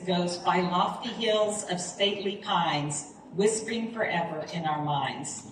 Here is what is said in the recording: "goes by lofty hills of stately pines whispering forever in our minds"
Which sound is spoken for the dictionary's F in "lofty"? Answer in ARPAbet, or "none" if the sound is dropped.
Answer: F